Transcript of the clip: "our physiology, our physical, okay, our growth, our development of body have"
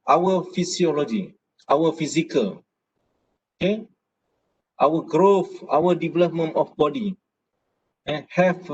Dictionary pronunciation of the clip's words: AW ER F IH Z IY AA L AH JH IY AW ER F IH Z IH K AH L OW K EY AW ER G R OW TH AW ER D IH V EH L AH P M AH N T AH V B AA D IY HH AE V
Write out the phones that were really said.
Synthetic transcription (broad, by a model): AW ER F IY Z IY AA L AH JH IY AW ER F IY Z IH K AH L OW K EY AW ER G R OW F AW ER D IH V EH L AH P M AH N T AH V B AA D IY HH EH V